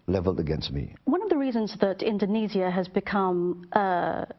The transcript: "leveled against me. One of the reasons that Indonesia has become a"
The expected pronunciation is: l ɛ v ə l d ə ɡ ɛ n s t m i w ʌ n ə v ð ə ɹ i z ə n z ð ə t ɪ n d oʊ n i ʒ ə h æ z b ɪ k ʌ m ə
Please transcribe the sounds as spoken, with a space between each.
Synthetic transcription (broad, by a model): l ɛ v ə l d ə ɡ ɛ n s t m i w ʌ n ə v ð ə ɹ i z ə n z ð ə t ɪ n d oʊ n i z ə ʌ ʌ z b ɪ k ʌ m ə